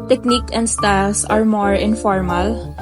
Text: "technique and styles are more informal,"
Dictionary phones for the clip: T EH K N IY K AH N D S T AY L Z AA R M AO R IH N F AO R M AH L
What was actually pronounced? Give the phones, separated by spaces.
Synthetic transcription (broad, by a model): T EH K N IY K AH N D S T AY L S AA R M AO R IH N F AO R M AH L